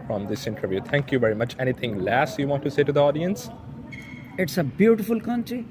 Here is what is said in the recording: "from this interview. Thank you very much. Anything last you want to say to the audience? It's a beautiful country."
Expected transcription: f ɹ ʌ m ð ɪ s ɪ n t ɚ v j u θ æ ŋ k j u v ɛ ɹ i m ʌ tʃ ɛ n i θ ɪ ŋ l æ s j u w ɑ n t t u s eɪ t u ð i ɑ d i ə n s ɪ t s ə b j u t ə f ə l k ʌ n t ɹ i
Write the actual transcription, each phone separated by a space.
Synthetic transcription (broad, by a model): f ɹ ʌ m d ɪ s ɪ n t ɚ v j u t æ ŋ k j u v ɛ ɹ i m ʌ tʃ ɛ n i t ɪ ŋ l æ s j u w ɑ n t t u s eɪ t u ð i ɑ d i ə n s ɪ t s ə b j u t ə f ə l k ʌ n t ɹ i